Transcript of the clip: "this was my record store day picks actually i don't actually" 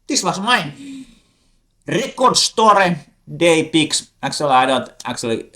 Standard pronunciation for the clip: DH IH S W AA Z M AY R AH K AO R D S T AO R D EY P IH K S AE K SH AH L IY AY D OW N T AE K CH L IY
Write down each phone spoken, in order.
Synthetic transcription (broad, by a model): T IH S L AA S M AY R AH K AO R D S T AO R D EY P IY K S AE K S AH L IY AY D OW L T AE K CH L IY